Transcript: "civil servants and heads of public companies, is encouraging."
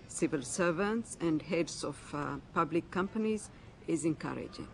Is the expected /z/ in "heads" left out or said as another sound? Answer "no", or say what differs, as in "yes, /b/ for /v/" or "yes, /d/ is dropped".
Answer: yes, /s/ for /z/